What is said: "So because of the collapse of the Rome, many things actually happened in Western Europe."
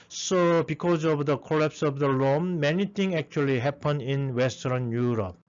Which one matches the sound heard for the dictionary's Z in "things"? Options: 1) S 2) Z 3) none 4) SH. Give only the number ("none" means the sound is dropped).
3